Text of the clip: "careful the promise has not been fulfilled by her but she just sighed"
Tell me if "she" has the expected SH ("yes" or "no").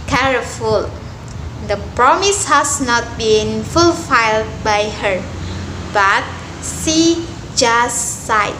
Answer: no